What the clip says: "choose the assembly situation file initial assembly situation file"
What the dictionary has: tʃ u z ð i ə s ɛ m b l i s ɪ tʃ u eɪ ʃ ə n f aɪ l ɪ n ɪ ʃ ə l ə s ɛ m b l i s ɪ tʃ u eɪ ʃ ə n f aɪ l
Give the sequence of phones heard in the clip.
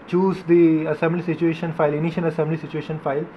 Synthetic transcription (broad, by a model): tʃ u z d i ə s ɛ m b l i s ɪ tʃ u eɪ ʃ ə n f aɪ l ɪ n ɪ ʃ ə n ə s ɛ m b l i s ɪ tʃ u eɪ ʃ ə n f aɪ l